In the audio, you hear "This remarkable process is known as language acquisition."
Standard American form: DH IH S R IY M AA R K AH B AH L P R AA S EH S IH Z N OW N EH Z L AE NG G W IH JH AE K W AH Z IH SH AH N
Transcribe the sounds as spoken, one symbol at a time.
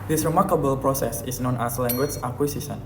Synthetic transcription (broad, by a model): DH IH S R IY M AA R K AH B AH L P R AA S EH S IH S N OW N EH S L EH NG G W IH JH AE K W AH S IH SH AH N